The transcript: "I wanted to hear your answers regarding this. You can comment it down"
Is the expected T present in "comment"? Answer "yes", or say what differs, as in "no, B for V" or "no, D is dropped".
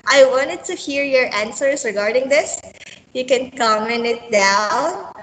no, T is dropped